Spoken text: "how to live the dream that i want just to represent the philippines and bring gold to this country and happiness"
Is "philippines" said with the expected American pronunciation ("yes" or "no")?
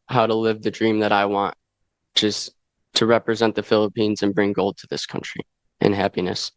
yes